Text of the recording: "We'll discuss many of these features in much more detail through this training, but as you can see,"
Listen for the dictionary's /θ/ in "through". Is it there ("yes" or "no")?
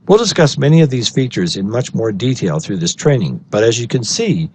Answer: yes